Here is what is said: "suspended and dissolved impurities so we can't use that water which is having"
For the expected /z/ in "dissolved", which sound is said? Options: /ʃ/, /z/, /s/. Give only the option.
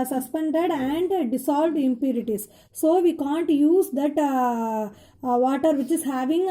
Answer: /s/